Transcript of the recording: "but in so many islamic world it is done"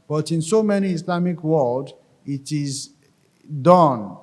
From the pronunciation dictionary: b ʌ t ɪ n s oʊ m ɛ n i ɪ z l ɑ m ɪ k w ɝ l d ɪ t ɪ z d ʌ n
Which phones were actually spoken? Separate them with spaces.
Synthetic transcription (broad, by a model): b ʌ t ɪ n s oʊ m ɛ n i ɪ s l ɑ m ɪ k w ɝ l d ɪ t ɪ z d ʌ n